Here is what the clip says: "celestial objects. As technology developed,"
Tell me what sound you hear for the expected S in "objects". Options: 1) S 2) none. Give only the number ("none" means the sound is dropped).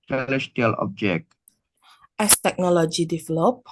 2